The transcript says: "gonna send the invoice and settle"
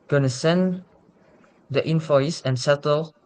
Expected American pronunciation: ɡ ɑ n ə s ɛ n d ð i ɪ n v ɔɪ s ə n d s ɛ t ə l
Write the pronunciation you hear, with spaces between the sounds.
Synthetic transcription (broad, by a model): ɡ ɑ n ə s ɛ n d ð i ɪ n f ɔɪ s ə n s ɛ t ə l